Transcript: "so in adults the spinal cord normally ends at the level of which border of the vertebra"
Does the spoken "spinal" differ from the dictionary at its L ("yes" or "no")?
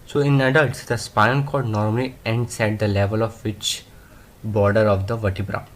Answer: yes